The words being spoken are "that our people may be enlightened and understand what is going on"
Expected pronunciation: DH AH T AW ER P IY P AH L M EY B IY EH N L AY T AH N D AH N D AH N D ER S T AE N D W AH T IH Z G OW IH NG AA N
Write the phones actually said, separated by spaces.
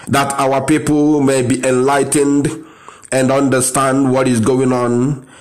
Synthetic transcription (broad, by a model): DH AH T AW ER P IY P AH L M EY B IY EH N L AY T AH N D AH N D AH N D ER S T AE N D W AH T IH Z G OW IH NG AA N